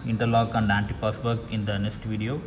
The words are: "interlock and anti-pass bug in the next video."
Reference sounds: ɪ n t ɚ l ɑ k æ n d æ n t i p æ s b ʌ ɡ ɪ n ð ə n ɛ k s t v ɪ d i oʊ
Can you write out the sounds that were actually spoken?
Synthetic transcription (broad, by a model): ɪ n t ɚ l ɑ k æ n d æ n t i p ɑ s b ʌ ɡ ɪ n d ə n ɛ k s t v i d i oʊ